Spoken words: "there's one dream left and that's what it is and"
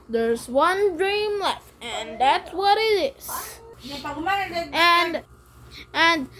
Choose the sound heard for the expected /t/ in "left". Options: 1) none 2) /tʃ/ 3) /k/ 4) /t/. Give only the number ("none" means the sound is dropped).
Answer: 1